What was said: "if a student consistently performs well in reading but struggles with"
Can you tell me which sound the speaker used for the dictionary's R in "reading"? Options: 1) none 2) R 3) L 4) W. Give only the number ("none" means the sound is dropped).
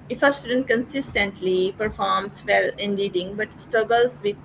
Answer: 3